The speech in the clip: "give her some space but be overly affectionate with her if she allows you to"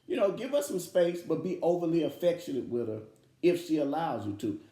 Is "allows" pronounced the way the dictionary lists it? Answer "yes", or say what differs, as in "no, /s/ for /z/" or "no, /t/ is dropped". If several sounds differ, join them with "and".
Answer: yes